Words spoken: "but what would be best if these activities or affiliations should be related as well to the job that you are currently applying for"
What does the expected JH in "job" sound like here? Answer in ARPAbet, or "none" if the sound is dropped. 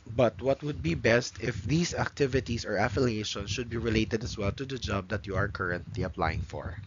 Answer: JH